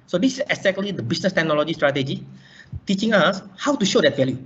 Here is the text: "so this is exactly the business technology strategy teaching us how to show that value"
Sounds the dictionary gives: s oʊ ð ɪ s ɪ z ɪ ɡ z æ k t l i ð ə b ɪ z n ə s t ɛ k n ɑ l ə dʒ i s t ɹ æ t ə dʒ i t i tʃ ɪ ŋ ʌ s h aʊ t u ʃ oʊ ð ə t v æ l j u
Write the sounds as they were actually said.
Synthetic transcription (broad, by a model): s oʊ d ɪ s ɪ s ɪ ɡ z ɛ k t l i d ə b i s n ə s t ɛ k n ɑ l ə dʒ i s t ɹ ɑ t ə dʒ i t i tʃ ɪ ŋ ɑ s h aʊ t u ʃ oʊ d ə t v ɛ l j u